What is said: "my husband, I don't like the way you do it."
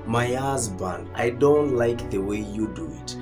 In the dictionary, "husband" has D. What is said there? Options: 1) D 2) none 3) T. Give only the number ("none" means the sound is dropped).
2